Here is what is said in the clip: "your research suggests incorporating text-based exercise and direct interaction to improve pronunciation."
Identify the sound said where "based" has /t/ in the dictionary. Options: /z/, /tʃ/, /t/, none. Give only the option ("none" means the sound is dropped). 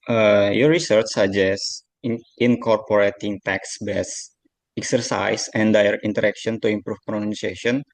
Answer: none